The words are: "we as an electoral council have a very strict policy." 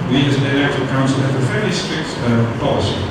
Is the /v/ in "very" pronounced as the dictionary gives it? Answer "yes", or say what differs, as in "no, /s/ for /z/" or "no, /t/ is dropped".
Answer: no, /f/ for /v/